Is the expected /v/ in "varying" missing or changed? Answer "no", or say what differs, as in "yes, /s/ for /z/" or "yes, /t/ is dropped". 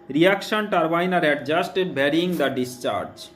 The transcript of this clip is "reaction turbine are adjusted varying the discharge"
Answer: yes, /b/ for /v/